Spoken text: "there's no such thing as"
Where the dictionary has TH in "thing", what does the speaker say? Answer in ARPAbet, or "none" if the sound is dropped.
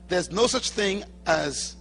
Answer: TH